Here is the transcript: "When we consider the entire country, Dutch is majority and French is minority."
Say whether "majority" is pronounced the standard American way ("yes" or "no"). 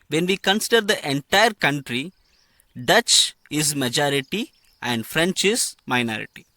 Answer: yes